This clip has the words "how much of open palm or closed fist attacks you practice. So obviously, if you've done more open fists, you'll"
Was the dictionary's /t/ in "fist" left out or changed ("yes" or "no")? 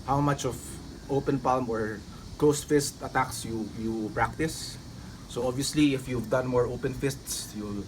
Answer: no